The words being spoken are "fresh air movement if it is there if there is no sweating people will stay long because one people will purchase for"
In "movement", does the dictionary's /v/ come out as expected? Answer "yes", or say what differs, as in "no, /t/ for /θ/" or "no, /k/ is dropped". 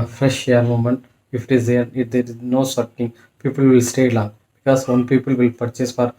no, /v/ is dropped